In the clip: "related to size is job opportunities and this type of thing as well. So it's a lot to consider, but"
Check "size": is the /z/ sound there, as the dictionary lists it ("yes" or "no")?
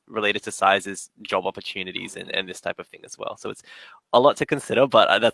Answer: yes